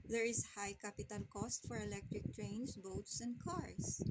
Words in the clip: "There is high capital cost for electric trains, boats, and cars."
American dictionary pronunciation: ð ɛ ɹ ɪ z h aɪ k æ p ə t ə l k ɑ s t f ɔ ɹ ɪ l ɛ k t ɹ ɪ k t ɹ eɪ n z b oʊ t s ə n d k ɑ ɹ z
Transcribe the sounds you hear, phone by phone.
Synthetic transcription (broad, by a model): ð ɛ ɹ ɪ s h aɪ k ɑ p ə t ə l k ɑ s t f ɔ ɹ ɪ l ɛ k t ɹ ɪ k t ɹ eɪ n s b oʊ t s ə n d k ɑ ɹ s